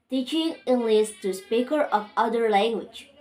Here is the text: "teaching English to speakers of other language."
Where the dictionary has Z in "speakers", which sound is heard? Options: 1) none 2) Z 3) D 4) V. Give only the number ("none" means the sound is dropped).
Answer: 1